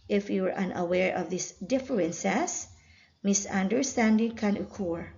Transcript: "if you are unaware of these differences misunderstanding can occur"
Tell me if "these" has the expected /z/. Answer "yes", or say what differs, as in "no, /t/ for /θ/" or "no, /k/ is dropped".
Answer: no, /s/ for /z/